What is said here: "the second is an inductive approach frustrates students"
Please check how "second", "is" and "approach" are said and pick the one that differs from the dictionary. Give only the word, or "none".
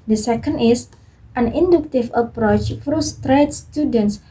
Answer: is